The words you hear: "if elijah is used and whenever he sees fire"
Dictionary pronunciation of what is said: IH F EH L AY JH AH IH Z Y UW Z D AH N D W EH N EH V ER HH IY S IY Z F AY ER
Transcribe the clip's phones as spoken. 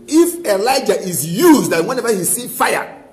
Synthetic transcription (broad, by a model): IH F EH L AY JH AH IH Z Y UW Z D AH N W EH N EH V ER HH IY S IY F AY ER